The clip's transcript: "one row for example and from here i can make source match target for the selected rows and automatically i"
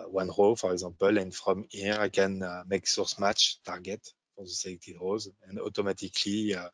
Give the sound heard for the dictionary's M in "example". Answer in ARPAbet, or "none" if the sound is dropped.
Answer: none